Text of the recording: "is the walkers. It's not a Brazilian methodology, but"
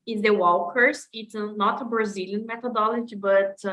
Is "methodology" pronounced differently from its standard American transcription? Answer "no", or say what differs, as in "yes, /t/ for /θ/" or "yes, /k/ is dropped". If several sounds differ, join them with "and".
yes, /t/ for /θ/